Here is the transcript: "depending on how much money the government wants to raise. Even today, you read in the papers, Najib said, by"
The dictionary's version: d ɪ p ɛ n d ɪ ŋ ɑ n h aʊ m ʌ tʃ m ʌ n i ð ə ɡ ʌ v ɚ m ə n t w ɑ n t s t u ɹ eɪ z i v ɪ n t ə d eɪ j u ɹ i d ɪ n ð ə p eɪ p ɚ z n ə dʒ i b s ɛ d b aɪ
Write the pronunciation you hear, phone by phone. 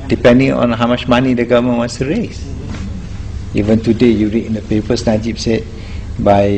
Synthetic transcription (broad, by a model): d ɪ p ɛ n d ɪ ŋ ɑ n h aʊ m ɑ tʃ m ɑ n i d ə ɡ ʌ v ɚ m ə n w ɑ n s t u ɹ eɪ s i v ɪ n t ə d eɪ j u ɹ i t ɪ n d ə p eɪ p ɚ s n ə dʒ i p s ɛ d b aɪ